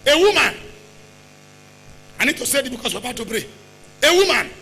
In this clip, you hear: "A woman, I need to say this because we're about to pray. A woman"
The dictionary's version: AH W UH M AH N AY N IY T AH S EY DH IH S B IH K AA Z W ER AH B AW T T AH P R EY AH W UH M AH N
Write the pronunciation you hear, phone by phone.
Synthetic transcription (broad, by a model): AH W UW M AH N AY N IY T AH S EY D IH B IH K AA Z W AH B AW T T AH B R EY AH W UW M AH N